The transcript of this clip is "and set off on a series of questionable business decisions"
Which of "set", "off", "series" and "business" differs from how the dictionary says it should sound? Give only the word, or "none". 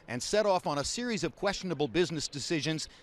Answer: none